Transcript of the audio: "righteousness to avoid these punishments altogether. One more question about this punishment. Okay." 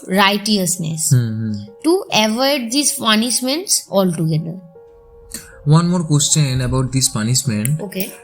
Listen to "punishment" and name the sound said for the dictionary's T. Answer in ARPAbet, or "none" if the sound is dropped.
none